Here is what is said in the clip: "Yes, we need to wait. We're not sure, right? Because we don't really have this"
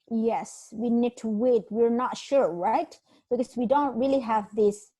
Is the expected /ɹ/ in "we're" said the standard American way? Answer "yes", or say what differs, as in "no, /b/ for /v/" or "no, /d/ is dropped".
yes